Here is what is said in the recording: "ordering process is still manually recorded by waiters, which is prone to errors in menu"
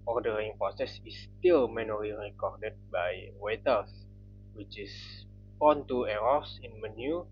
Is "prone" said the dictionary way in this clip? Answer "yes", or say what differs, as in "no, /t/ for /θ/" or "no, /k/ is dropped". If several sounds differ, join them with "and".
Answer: no, /ɹ/ is dropped